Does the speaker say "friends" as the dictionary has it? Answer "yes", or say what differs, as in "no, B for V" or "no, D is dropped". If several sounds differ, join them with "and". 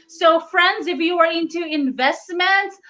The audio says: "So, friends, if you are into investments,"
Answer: yes